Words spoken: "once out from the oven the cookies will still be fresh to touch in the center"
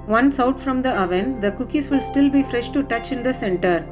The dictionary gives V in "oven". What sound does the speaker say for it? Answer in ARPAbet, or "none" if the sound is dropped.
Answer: V